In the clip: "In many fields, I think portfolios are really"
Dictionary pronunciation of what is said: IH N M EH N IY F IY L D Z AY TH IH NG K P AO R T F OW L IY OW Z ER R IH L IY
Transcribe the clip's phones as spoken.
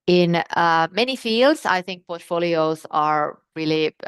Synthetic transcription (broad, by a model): IH N M EH N IY F IY L D Z AY TH IH NG K P AO R T F OW L IY OW Z ER R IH L IY